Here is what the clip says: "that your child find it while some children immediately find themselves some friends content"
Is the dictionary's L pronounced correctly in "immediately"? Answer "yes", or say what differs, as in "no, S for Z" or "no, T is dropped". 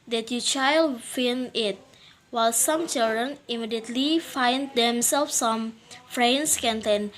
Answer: yes